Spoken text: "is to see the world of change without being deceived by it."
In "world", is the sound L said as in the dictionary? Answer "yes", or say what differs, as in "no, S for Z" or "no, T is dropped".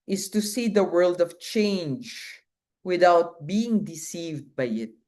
yes